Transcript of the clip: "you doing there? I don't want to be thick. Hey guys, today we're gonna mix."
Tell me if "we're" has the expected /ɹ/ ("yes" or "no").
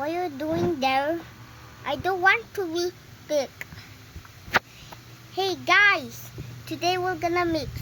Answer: no